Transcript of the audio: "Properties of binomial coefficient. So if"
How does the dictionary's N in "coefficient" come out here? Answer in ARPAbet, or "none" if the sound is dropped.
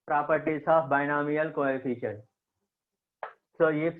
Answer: none